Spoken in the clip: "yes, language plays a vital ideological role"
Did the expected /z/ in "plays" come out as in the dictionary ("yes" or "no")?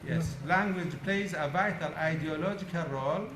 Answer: yes